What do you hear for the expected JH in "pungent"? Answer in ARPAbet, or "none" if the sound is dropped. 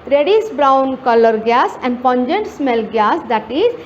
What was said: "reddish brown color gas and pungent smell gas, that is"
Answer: JH